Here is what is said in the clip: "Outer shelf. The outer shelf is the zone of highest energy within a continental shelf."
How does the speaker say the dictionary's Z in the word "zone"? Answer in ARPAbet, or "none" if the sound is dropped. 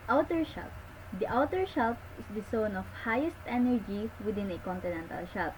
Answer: S